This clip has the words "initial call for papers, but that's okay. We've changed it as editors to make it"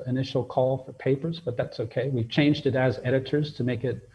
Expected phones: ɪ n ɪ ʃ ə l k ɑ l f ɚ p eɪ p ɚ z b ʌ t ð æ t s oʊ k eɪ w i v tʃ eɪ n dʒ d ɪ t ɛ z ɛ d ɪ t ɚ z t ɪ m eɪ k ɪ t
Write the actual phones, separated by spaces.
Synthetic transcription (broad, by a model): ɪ n ɪ ʃ l k ɑ l f ɚ p eɪ p ɚ z b ʌ t ð æ t s oʊ k eɪ w i v tʃ eɪ n dʒ d ɪ t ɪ z ɛ d ɪ t ɚ z t ɪ m eɪ k ɪ t